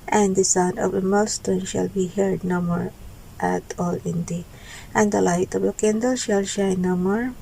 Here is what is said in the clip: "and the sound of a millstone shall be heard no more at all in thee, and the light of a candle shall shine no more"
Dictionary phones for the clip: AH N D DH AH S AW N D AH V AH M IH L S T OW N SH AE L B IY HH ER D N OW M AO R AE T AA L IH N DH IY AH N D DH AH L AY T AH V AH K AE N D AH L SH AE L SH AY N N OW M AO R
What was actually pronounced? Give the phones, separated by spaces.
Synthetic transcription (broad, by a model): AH N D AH S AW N AH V AH M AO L S T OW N SH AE L B IY HH ER D N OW M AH R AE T AA L IH N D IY AH N D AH L AY T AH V AH K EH N D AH L SH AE L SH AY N N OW M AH R